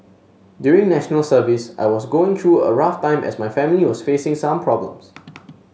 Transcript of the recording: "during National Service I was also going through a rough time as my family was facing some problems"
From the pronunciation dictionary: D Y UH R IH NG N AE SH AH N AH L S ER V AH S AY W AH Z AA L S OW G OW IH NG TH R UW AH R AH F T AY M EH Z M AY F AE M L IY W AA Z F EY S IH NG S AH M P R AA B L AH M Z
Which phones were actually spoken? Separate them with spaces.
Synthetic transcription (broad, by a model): D Y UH R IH NG N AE SH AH N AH L S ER V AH S AY W AA S G OW IH NG T R UW AH R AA F T AY M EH S M AY F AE M L IY W AA S F EY S IH NG S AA M P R AA B L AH M S